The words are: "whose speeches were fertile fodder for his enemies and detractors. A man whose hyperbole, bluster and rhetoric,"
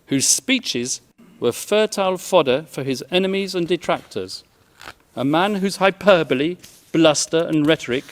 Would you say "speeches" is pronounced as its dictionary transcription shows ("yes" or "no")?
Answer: yes